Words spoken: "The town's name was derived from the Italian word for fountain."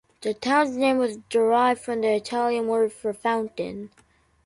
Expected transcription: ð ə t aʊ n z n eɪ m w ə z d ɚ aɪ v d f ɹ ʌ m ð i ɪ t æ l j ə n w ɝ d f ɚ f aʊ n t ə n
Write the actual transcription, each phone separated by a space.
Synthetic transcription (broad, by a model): ð ə t aʊ n z n eɪ m w ə z d ɚ aɪ v d f ɹ ʌ m ð i ɪ t æ l j ə n w ɝ d f ɚ f aʊ n t ə n